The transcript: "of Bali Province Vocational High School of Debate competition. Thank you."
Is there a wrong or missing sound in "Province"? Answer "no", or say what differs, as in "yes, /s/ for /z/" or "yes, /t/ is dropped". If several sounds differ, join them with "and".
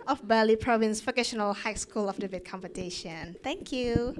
no